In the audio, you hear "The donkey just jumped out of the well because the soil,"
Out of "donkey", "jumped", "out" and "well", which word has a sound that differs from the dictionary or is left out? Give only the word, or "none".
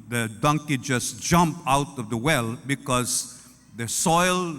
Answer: jumped